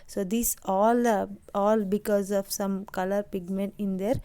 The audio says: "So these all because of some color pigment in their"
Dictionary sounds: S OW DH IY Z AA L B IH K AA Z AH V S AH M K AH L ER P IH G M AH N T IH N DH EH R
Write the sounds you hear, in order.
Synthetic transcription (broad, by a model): S OW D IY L AA L B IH K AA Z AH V S AH M K AH L ER P IH G M AH N T IH N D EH R